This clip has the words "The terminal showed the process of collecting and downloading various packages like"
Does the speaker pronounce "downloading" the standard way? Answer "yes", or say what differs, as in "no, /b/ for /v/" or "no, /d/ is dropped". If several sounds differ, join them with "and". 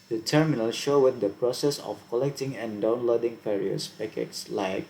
yes